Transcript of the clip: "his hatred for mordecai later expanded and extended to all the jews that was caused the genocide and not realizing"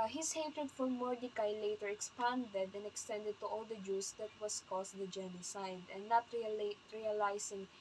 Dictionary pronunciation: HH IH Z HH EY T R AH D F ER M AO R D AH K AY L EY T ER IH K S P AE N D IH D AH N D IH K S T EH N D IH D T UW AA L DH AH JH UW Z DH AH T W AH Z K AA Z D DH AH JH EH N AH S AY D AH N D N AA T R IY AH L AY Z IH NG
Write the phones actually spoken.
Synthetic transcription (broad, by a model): HH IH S HH EY T R AH D F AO M AO R D AH K AY L EY T ER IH K S P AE N D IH D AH N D IH K S T EH N D IH D T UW AA L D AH JH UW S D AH T W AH S K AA S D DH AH JH EH N AH S AY D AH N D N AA T R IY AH L AY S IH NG